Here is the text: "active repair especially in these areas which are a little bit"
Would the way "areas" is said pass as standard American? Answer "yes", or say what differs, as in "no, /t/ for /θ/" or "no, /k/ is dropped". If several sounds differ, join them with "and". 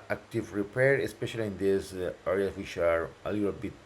no, /z/ is dropped